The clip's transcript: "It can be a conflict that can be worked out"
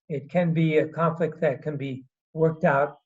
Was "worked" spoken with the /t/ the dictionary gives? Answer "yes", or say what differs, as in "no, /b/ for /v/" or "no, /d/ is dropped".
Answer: yes